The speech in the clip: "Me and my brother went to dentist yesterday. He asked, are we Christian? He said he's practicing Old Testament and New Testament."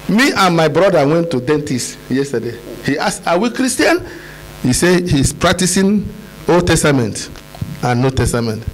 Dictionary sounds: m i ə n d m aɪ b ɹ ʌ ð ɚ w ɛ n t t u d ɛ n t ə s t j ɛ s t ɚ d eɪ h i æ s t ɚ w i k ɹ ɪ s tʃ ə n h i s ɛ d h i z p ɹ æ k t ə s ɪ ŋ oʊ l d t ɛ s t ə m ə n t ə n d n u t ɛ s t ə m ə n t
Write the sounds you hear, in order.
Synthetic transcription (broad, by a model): m i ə n m aɪ b ɹ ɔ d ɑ w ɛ n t t u d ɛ n t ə s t j ɛ s t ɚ d eɪ h i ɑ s ɑ w i k ɹ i s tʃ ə n h i s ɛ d h i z p ɹ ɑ k t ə s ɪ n oʊ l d t ɛ s t ə m ə n t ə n n u t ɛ s t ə m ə n t